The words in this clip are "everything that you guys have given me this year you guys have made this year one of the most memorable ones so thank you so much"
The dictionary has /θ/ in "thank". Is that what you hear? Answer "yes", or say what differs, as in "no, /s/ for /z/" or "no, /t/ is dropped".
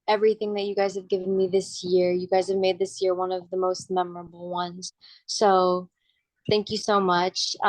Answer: yes